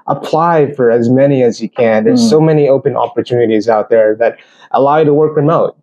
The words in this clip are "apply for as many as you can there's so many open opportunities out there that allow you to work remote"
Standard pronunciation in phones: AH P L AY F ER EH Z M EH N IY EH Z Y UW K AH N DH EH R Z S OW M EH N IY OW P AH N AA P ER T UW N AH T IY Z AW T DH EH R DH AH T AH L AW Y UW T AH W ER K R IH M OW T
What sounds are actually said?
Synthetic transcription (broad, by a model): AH P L AY F ER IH Z M EH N IY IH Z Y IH K AH N DH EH R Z S OW M EH N IY OW P AH N AA P ER T UW N AH T IY Z AW T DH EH R DH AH T AH L AW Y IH T AH W ER K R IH M OW T